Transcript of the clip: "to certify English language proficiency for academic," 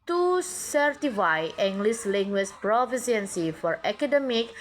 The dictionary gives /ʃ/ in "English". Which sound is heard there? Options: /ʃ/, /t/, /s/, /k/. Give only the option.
/s/